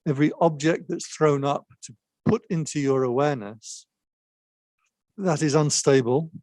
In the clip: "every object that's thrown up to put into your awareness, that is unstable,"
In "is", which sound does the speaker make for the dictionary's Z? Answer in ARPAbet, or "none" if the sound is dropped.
Z